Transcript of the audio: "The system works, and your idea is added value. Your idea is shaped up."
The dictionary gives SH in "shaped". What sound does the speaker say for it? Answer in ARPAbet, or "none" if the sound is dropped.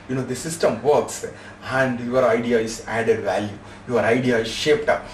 SH